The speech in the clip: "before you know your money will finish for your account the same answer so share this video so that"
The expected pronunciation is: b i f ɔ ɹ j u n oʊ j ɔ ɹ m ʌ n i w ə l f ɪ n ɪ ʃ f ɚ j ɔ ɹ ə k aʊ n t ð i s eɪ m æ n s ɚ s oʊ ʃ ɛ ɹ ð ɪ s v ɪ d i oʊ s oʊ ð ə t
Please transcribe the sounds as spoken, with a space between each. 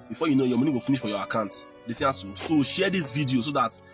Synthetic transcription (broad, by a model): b i f ɔ j u n oʊ j ɔ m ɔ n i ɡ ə f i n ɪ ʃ f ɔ j ɔ ə k aʊ n t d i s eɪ ɑ s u s oʊ ʃ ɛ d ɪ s v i d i oʊ s oʊ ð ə t